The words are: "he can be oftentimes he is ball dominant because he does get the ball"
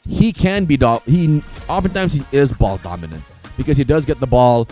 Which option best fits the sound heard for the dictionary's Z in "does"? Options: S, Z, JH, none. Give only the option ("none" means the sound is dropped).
Z